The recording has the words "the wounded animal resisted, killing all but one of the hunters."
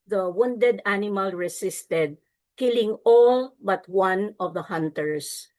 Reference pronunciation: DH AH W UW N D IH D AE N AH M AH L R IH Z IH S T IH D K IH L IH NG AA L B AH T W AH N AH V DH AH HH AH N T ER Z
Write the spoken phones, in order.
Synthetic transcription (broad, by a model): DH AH W UW N D IH D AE N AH M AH L R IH S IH S T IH D K IH L IH NG AA L B AH T W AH N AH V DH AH HH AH N T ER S